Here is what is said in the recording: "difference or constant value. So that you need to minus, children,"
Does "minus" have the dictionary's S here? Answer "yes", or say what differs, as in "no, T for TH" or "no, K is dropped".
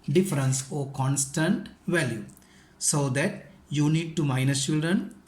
no, S is dropped